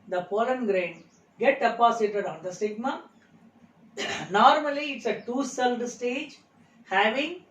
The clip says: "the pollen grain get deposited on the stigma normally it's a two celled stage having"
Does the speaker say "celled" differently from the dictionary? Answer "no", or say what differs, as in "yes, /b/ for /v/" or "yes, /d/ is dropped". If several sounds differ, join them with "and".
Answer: no